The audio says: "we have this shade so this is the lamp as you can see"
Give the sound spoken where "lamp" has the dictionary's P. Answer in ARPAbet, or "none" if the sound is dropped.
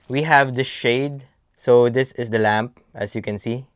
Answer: P